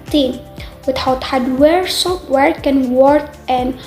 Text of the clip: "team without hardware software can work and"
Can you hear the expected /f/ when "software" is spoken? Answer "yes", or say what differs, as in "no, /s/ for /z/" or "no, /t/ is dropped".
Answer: no, /p/ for /f/